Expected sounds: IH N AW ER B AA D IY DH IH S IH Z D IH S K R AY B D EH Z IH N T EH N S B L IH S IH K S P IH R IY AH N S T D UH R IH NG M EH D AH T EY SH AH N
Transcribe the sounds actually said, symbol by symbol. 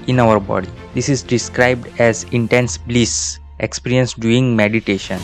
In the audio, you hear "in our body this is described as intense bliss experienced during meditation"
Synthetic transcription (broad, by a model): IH N AW ER B AA D IY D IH S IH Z D IH S K R AY B D EH Z IH N T EH N S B L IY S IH K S P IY R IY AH N S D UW IH NG M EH D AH T EY SH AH N